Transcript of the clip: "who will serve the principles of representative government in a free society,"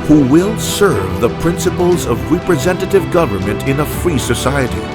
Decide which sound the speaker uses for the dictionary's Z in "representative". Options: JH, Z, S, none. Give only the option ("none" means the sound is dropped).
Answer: Z